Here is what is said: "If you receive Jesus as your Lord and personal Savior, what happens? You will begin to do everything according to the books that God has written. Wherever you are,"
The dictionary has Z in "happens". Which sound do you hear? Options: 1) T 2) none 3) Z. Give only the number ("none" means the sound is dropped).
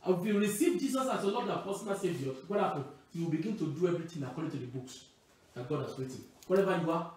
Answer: 2